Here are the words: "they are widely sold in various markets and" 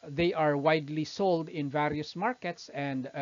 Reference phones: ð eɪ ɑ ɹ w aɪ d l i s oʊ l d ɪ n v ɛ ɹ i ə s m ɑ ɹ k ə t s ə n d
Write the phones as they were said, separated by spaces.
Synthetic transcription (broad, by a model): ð eɪ ɑ ɹ w aɪ d l i s oʊ l d ɪ n v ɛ ɹ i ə s m ɑ ɹ k ə t s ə n d